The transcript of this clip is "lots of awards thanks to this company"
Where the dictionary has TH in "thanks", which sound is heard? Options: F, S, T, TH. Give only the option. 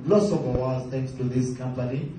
T